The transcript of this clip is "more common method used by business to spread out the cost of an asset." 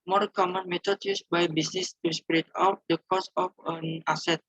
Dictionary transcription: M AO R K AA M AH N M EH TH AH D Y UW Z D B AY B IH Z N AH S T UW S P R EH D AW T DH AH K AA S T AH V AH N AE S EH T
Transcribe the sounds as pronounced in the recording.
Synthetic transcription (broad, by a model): M AO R K AA M AH N M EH T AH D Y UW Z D B AY B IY S N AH S T UW S P R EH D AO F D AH K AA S AH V AH N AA S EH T